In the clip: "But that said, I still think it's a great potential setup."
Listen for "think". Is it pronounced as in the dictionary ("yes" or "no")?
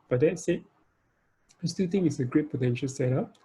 no